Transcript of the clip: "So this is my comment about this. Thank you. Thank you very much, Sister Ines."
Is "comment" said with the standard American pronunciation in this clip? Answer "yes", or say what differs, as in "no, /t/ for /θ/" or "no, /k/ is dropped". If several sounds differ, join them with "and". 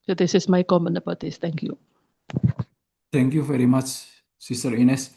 no, /t/ is dropped